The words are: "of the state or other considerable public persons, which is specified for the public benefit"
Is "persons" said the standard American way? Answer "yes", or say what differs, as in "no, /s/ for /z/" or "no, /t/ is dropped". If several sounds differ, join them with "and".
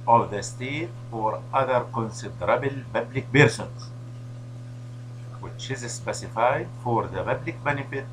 no, /b/ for /p/